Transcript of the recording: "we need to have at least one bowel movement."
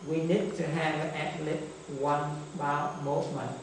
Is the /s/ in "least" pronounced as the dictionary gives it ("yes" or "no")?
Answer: no